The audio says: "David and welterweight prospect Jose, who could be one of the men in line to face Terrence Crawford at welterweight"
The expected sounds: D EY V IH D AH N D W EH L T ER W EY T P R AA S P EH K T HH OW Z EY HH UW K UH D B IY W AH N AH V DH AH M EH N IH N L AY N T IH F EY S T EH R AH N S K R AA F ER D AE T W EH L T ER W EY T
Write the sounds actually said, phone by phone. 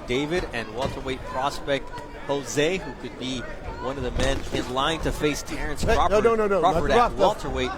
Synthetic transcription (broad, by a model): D EY V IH D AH N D W EH L T ER W EY T P R AA S P EH K T HH OW Z EY HH UW K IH D B IY W AH N AH V DH AH M EH N IH N L AY N T IH F EY S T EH R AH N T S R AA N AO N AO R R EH L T ER W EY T